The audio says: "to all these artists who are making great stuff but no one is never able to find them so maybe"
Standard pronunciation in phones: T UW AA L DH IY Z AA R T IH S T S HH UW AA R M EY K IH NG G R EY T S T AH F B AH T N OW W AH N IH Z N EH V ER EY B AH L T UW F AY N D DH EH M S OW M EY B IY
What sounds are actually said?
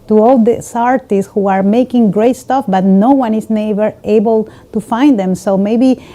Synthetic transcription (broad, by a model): T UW AA L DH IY S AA R T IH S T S HH UW AA R M EY K IH NG G R EY T S T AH F B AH T N OW W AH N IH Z N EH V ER EY B AH L T UW F AY N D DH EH M S OW M EY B IY